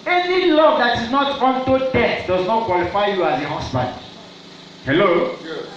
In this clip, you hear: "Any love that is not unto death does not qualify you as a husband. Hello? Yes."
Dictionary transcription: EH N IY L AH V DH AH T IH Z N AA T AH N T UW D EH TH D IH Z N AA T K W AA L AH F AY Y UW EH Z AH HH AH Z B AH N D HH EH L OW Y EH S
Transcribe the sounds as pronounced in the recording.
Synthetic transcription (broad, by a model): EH N IY L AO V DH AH T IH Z N AA T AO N T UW D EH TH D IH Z N AA T K W AA L AH F AY Y UW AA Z AH HH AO S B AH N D HH EH L OW